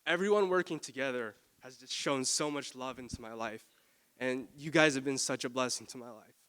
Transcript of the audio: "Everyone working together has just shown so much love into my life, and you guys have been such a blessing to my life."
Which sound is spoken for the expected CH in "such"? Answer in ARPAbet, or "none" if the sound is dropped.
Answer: CH